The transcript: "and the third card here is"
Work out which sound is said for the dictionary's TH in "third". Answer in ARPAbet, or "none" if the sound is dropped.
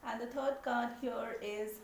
T